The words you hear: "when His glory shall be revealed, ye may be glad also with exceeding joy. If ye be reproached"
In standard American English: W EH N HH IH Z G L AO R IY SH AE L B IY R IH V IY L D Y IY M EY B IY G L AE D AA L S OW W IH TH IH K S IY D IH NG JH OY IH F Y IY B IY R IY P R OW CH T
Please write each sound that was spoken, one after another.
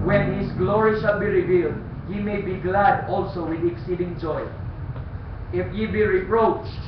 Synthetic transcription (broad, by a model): W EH N HH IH S G L AO R IY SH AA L B IY R IH V IY L D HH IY M EY B IY G L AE D AA L S OW W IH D IH K S IY D IH NG JH OY IH F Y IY B IY R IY P R OW CH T